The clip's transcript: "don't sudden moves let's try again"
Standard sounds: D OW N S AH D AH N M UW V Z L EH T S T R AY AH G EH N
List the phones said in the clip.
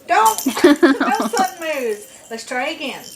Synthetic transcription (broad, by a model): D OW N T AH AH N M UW Z L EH T S T R AY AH G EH N